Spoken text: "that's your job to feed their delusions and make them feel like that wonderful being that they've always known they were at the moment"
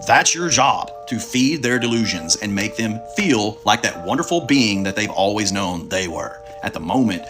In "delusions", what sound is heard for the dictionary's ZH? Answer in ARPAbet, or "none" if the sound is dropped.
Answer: ZH